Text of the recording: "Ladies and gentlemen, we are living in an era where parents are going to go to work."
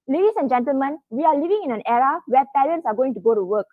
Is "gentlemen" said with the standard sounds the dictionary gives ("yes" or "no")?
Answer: yes